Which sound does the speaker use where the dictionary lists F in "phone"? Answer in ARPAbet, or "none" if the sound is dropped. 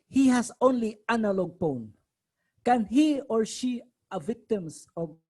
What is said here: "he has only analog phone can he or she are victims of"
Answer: P